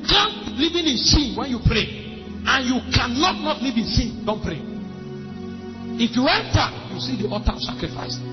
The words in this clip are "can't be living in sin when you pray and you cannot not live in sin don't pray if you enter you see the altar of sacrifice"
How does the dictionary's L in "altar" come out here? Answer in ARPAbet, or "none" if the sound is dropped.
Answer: none